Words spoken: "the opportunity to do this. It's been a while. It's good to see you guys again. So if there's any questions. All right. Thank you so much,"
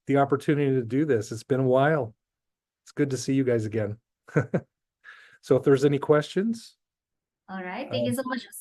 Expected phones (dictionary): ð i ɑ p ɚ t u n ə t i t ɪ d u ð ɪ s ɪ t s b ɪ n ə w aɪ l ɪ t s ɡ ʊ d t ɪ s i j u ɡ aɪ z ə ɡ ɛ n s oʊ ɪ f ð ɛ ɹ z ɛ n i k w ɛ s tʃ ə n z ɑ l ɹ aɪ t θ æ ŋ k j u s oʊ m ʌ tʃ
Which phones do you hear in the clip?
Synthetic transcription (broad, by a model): ð i ɑ p ɚ t u n ə t i t ɪ d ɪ ð ɪ s ɪ t s b ɪ n ə w aɪ l ɪ t s ɡ ʊ d t ɪ s i j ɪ ɡ aɪ z ə ɡ ɛ n s oʊ ɪ f ð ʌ ɹ z ɛ n i k w ɛ s tʃ ə n z ɑ l ɹ aɪ t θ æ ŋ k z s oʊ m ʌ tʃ